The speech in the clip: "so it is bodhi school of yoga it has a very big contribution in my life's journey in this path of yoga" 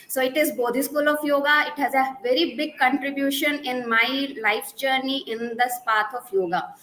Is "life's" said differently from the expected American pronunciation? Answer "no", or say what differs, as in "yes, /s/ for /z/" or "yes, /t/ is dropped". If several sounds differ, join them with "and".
yes, /s/ is dropped